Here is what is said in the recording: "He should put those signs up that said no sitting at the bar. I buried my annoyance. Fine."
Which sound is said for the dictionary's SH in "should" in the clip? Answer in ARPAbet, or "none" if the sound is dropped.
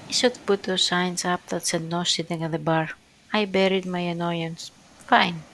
S